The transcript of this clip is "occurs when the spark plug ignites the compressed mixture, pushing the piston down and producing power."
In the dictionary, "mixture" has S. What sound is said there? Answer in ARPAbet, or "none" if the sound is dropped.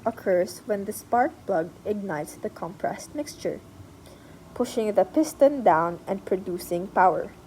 S